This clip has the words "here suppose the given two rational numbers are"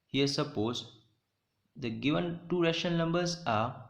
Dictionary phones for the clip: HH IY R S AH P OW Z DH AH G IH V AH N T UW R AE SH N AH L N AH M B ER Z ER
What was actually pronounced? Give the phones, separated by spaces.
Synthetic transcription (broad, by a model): HH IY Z S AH P OW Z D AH G IH V AH N T UW R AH SH AH N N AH M B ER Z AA